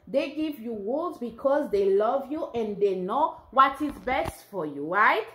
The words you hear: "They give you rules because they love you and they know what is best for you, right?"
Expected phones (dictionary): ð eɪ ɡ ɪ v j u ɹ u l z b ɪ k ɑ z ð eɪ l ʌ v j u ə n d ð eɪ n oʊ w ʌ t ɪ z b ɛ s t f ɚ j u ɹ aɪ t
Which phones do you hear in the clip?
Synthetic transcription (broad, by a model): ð eɪ ɡ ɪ v j u w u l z b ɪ k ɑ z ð eɪ l ʌ v j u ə n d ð eɪ n oʊ w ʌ t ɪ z b ɛ s t f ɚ j u ɹ aɪ t